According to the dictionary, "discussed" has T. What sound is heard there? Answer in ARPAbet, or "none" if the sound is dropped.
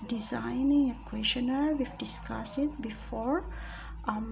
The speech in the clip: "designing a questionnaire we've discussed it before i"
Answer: none